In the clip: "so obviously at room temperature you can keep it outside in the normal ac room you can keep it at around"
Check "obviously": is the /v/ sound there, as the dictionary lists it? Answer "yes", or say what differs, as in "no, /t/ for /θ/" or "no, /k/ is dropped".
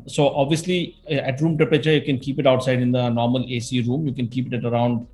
yes